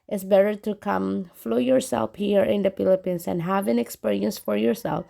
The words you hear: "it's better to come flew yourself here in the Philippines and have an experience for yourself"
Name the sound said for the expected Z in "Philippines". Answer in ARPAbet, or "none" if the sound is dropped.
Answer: S